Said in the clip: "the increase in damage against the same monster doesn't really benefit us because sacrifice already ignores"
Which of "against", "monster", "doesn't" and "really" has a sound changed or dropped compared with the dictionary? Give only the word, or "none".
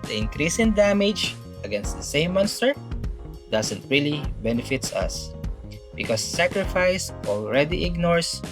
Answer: doesn't